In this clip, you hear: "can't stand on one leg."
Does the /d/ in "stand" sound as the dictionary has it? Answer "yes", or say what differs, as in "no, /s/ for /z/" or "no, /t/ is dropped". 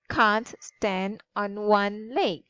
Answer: yes